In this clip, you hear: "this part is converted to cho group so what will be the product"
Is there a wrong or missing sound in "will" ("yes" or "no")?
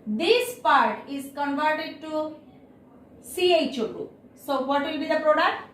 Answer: no